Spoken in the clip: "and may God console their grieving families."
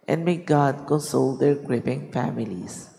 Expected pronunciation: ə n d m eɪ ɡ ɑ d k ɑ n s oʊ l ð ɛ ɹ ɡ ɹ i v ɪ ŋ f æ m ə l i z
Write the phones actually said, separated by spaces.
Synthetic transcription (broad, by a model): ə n d m eɪ ɡ ɑ d k ɑ n s oʊ l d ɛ ɹ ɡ ɹ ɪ p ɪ ŋ f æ m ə l i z